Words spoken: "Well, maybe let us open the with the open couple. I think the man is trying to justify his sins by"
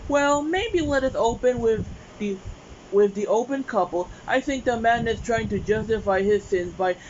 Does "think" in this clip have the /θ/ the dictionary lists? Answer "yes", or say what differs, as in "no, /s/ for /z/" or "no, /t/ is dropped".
yes